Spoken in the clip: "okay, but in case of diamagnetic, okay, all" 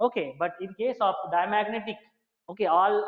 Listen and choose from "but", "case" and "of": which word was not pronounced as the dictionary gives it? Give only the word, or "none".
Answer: of